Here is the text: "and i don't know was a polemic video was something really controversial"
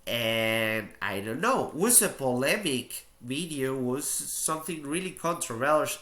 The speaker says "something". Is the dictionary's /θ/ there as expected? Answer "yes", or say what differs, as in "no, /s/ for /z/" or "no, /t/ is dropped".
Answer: yes